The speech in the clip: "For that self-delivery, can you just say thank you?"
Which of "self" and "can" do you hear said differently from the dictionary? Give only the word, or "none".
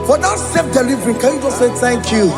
self